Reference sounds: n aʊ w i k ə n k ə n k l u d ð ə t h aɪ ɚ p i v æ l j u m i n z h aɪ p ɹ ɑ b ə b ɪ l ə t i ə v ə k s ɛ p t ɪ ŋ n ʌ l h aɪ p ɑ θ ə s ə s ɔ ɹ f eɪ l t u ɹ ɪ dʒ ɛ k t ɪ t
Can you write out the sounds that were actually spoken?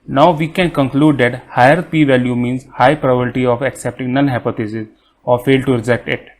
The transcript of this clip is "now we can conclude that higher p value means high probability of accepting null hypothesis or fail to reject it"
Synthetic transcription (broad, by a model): n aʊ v i k ə n k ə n k l u d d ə t h aɪ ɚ p i v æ l j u m i n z h aɪ p ɹ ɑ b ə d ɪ t i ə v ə k s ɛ p t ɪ ŋ n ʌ n h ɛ p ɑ t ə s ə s ɔ ɹ f eɪ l t u ɹ ɪ dʒ ɛ k t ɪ t